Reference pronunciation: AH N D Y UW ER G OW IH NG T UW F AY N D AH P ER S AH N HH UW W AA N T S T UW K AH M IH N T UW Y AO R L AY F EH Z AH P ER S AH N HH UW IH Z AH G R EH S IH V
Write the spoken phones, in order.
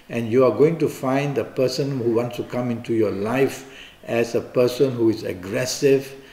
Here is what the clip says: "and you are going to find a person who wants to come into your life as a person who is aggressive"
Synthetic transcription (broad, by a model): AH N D Y UW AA G OW IH NG T UW F AY N D AH P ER S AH N HH UW W AA N T S T UW K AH M IH N T UW Y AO L AY F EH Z AH P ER S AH N HH UW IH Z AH G R EH S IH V